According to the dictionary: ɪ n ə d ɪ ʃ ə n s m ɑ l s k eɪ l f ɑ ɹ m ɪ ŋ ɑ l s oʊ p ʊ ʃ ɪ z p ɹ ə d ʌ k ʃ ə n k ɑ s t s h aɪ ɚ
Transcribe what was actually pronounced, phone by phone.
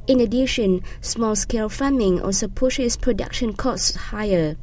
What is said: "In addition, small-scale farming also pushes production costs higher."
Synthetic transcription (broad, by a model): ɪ n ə d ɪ ʃ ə n s m ɑ l s k eɪ l f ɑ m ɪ ŋ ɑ s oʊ p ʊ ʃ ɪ s p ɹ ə d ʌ k ʃ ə n k ɑ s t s h aɪ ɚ